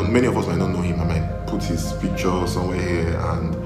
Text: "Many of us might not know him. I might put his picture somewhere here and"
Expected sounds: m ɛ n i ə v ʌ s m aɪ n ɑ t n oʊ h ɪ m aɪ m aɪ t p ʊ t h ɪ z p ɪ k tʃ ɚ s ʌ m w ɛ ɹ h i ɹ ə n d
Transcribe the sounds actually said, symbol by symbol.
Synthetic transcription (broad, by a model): m ɛ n i ə v ʌ s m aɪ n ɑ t n oʊ h ɪ m aɪ m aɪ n p ʊ t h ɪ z f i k tʃ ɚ s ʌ m w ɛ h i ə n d